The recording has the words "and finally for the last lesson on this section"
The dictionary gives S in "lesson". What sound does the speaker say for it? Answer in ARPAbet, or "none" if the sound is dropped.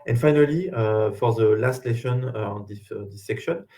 SH